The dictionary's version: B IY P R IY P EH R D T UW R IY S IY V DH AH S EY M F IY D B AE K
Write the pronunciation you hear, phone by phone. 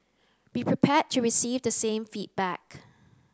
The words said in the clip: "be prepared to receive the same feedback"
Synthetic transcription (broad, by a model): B IY P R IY P EH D T UW R IY S IY V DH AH S EY M F IY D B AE K